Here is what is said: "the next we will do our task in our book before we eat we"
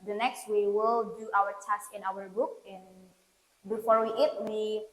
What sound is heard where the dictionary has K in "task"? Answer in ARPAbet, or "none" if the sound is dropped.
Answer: none